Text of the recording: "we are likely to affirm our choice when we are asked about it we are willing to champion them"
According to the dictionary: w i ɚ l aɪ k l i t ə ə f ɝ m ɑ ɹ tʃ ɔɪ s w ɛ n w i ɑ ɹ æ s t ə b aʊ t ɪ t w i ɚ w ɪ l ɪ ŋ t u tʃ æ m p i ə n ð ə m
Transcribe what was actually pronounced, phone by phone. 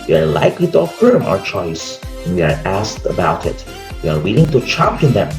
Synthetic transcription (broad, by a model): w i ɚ l aɪ k l i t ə ə f ɝ m ɑ ɹ tʃ ɔɪ s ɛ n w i ɑ ɹ æ s t ə b aʊ t ɪ t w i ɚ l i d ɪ ŋ t u tʃ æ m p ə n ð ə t